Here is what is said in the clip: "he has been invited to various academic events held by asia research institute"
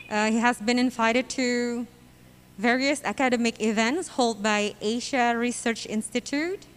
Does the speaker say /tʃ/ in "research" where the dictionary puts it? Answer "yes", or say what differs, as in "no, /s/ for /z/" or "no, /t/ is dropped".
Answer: yes